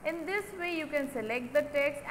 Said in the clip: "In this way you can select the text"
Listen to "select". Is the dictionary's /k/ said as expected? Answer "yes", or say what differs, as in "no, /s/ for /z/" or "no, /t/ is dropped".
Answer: yes